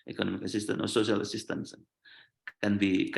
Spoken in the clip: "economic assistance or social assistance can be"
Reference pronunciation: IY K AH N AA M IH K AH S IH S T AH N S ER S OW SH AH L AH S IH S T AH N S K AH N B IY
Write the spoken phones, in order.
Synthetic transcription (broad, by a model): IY K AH N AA M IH K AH S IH S T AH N S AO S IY AH L AH S IH S T AH N S K AH N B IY